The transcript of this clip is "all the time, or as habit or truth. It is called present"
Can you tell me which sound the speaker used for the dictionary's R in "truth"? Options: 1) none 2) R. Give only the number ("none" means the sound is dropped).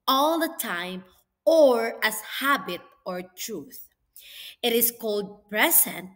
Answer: 2